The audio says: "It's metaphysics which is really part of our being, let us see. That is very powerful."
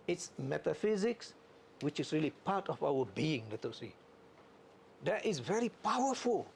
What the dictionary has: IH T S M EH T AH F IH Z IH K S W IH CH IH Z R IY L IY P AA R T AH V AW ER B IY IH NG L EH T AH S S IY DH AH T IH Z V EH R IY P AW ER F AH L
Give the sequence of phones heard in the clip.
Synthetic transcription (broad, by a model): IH T S M EH T AH F IH Z IH K S W IH CH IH S R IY L IY P AA T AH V AW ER B IY IH NG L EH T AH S S IY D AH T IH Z V EH R IY P AW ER F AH L